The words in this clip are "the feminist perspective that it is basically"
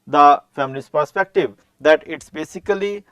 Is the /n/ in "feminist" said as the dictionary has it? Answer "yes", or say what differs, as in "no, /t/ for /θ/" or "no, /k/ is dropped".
no, /l/ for /n/